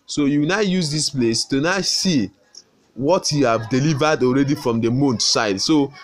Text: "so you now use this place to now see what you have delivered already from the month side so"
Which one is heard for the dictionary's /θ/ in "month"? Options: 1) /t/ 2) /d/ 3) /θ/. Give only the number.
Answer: 1